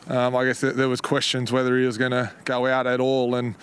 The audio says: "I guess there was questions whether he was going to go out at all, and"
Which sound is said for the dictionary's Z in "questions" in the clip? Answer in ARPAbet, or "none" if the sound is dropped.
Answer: Z